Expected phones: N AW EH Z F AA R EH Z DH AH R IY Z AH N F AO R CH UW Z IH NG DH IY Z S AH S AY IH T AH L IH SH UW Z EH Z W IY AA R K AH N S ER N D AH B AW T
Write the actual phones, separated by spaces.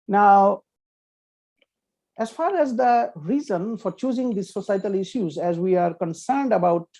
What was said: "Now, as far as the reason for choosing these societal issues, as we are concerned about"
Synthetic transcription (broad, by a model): N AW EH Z F AA R EH Z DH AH R IY Z AH N F AO R CH UW Z IH NG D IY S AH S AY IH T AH L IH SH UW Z EH Z W IY AA R K AH N S ER N D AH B AW T